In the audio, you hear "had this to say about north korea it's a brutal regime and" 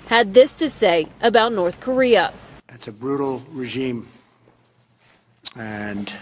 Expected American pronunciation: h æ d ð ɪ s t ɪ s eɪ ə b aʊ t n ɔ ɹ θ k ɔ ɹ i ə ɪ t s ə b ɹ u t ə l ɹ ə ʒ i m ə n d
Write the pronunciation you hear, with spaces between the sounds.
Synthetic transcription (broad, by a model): h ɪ d ð ɪ s t ɪ s eɪ ə b aʊ t n ɔ ɹ θ k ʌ ɹ i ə ɪ t s ə b ɹ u t l ɹ ə ʒ i m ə n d